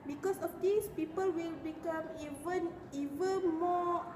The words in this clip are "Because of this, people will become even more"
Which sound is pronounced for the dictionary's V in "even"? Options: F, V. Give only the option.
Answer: V